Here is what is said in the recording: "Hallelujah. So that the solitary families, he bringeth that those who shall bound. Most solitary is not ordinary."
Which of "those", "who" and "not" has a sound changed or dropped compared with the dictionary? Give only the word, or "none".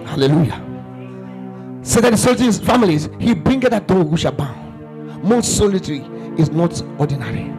those